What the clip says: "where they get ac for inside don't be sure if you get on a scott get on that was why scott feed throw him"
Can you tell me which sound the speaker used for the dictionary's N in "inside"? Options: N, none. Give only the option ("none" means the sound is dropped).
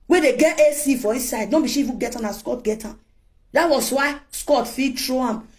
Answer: none